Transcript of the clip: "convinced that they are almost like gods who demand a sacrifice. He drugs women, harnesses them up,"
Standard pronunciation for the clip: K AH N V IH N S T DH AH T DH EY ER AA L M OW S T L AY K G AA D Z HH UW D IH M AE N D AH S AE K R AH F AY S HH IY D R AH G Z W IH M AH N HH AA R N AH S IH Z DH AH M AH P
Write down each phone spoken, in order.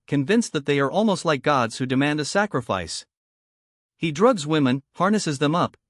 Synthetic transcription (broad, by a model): K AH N V IH N S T DH AH T DH EY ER AA L M OW S T L AY K G AA D Z HH UW D IH M AE N D AH S AE K R AH F AY S HH IY D R AH G Z W IH M AH N HH AA R N AH S IH Z DH AH M AH P